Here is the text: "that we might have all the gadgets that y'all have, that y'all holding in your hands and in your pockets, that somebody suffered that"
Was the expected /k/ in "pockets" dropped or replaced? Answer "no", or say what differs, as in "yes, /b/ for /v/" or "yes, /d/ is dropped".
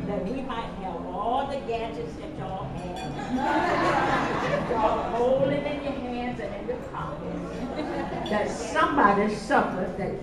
yes, /k/ is dropped